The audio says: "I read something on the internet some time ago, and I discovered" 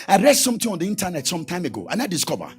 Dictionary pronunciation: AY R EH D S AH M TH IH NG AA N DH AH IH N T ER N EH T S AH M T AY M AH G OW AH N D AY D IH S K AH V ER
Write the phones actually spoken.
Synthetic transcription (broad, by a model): AY R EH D S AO M T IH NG AA N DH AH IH N T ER N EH T S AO M T AY M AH G OW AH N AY D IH S K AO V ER